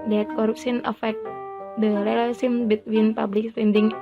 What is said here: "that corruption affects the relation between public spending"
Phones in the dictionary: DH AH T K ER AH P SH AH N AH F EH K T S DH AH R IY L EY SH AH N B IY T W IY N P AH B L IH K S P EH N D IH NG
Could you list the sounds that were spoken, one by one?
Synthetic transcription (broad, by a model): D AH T K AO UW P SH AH N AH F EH K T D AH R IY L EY S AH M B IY T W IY N P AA B L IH K S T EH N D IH NG